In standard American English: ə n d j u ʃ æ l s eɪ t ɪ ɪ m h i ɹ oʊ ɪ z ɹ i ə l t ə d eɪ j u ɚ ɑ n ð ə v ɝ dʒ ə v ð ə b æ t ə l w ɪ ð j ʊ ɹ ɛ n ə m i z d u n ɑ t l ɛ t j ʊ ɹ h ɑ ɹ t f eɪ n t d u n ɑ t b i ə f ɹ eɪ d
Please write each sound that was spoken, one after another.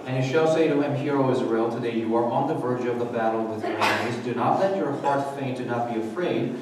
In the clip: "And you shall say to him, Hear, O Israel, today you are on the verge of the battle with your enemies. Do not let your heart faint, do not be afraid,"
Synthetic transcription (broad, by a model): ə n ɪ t ʃ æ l s eɪ t ɪ ɪ m h i ɹ oʊ ɪ z ɹ i ə l t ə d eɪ j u ɚ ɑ n ð ə v ɝ dʒ ə v ð ə b æ t l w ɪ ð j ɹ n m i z d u n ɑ t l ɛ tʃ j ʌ ɹ h ɑ ɹ t f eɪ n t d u n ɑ t b i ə f ɹ eɪ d